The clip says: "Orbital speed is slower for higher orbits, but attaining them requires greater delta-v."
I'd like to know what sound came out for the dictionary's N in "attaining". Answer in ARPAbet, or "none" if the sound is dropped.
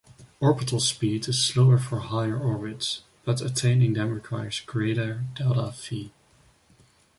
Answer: N